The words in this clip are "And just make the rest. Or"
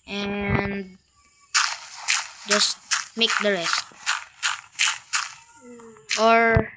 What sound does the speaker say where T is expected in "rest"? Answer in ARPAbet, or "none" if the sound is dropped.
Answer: T